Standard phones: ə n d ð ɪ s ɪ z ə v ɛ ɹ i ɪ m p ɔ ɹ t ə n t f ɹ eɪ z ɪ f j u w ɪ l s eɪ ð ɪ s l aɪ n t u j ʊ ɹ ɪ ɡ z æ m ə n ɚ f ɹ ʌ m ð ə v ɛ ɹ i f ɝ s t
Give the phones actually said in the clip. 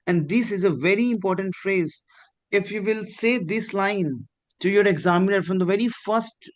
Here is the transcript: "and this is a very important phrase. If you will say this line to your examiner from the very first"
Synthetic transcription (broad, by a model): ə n d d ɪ s ɪ z ə v ɛ ɹ i ɪ m p ɔ ɹ t ə n t f ɹ eɪ z ɪ f j u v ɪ l s eɪ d ɪ s l aɪ n t u j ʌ ɹ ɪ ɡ z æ m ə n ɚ f ɹ ʌ m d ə v ɛ ɹ i f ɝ s t